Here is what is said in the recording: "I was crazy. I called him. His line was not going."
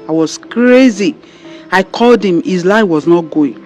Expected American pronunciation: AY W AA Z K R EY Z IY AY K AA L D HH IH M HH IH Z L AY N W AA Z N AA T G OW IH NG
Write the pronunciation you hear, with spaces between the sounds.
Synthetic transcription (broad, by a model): AY W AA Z K R EY Z IY AY K AA L D HH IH M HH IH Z L AY W AA Z N AA T G OW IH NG